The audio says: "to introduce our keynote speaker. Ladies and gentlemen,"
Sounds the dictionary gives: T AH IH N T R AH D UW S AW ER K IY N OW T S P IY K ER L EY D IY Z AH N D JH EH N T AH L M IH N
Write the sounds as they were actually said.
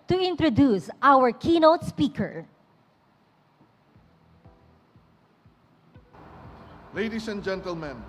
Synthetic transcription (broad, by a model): T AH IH N T R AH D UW S AW ER K IY N OW T S P IY K ER L EY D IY S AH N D JH EH N T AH L M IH N